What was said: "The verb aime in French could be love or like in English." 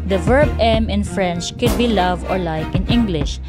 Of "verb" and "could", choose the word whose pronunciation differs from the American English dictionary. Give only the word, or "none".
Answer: none